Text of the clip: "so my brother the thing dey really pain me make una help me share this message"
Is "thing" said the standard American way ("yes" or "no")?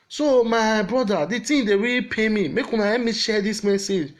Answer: no